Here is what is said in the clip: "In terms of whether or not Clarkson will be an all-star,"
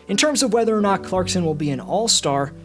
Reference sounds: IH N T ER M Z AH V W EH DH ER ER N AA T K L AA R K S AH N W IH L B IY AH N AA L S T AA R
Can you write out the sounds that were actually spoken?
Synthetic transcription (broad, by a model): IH N T ER M Z AH V W EH DH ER ER N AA T K L AA R K S AH N W IH L B IY AH N AA L S T AA R